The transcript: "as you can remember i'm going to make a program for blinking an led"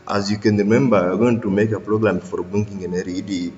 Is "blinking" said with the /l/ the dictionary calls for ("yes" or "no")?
no